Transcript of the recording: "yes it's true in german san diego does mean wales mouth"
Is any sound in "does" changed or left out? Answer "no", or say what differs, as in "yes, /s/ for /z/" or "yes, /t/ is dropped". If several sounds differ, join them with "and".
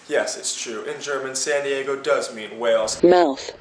no